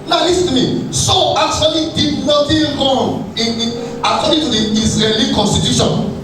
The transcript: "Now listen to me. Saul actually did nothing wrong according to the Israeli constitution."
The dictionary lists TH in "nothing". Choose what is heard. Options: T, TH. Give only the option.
T